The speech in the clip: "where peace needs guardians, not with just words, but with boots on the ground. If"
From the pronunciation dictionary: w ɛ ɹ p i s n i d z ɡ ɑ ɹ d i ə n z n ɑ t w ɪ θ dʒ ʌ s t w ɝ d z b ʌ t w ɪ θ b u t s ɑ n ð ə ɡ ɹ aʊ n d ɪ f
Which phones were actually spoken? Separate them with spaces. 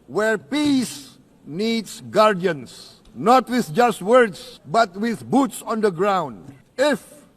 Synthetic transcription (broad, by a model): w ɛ ɹ p i s n i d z ɡ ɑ ɹ d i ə n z n ɑ t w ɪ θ dʒ ʌ s t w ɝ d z b ʌ t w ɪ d b u t s ɑ n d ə ɡ ɹ aʊ n d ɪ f